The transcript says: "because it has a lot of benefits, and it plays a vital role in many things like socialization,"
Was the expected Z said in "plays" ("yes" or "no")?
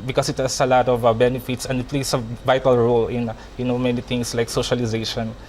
no